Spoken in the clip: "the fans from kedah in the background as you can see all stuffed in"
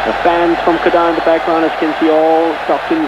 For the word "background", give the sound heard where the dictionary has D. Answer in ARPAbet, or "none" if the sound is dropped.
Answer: none